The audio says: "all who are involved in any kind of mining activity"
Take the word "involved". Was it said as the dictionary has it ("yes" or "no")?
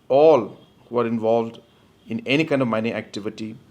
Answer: yes